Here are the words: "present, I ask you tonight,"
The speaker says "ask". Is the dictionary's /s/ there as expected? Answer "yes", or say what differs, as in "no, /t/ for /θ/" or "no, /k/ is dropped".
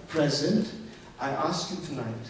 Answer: yes